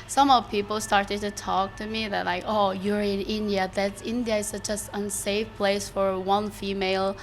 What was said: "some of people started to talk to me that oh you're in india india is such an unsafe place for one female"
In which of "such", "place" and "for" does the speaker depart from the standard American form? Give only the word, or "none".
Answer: none